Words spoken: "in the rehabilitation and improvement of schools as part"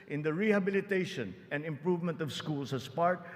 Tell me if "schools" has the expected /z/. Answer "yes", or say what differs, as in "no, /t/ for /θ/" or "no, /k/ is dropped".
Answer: no, /s/ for /z/